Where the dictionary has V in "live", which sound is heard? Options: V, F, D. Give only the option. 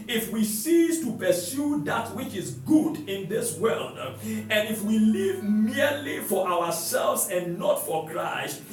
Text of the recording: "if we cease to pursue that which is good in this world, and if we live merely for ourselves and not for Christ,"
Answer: V